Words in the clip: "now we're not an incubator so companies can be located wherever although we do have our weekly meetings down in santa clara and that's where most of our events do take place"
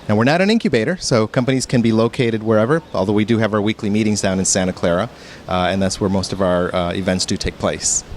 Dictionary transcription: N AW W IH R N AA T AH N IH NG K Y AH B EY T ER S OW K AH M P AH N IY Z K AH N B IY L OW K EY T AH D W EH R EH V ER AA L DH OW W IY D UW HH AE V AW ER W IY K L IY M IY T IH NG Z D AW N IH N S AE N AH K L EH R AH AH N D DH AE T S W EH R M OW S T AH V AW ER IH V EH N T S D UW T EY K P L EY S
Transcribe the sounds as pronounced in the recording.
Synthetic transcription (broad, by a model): N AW W IH R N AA T AH N IH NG K Y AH B EY T ER S OW K AH M P AH N IY Z K AH N B IY L OW K EY T AH D W EH R EH V ER AA L DH OW W IY D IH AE V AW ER W IY K L IY M IY T IH NG Z D AW N IH N S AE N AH K L EH R AH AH N DH AE T S W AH R M OW S T AH V AW ER IH V EH N T S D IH T EY K P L EY S